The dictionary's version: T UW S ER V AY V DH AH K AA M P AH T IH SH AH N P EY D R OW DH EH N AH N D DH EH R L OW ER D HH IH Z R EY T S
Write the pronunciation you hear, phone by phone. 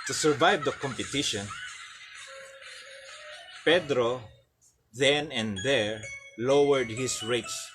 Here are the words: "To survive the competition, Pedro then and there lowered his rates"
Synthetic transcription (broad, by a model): T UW S ER V AY V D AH K AA M P AH T IH SH AH N P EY D R OW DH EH N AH N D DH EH R L OW ER D HH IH S R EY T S